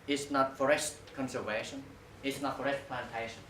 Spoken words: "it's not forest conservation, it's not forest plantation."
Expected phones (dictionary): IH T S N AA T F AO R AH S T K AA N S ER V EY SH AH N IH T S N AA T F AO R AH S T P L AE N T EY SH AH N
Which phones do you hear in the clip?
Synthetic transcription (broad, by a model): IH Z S N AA T F AO R AH S T K AA N S ER V EY SH AH N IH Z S N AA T F AO R AH S T P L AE N T EY SH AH N